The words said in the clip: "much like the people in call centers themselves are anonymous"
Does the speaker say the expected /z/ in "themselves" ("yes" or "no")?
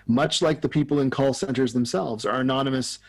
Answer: yes